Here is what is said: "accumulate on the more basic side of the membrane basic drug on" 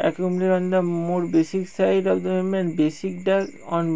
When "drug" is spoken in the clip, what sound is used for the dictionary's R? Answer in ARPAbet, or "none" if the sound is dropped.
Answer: none